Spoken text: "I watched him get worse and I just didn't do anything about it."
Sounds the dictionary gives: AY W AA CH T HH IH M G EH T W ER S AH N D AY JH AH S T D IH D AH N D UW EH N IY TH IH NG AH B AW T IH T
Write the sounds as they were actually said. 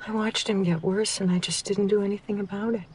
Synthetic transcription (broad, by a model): AY W AA CH T HH IH M G EH T W ER S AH N AY JH AH S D IH D N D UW EH N IY TH IH NG AH B AW T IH T